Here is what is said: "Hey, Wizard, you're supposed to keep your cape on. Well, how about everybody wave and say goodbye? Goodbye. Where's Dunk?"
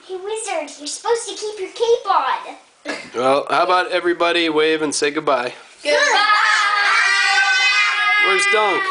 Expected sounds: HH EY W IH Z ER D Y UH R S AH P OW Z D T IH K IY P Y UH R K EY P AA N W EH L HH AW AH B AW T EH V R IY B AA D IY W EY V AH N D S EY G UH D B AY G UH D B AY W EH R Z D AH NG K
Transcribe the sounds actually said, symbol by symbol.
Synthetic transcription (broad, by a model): HH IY W IH Z ER D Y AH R S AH P OW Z T IH K IY P Y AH R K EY B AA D W EH L HH AW AH B AW T EH V R IY B AA D IY W EY V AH N S EY G UH D B AY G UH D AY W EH R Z D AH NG K